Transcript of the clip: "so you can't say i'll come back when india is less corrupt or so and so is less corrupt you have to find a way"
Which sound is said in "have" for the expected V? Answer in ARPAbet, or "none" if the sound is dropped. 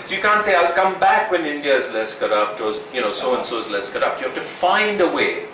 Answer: F